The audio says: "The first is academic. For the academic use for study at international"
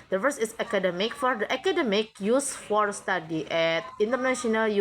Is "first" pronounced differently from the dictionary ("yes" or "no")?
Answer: yes